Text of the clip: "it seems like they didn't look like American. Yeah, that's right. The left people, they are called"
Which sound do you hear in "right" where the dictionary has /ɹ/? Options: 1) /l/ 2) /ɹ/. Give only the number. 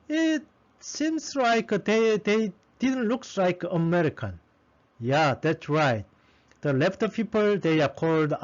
2